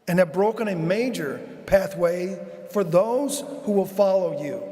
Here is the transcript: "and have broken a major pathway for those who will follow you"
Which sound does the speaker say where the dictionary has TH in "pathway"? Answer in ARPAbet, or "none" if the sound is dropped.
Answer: TH